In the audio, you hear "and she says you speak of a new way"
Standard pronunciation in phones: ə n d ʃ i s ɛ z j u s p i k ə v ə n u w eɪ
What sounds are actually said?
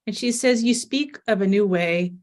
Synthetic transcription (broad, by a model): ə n ʃ i s ɛ z j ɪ s p i k ə v ə n u w eɪ